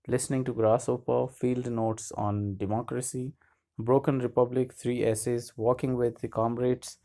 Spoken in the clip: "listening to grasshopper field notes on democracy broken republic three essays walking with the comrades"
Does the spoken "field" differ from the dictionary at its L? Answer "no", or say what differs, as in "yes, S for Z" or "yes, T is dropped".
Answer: no